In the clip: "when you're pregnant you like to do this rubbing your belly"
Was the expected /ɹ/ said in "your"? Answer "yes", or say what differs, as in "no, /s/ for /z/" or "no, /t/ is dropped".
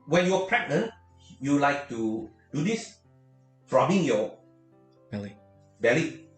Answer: no, /l/ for /ɹ/